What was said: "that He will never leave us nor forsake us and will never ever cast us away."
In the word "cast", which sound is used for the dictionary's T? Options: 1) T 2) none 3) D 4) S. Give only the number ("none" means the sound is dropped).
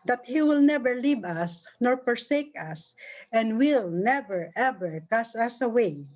2